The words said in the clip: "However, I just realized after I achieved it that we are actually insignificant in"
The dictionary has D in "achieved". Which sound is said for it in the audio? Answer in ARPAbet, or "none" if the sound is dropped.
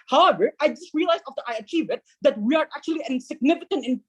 none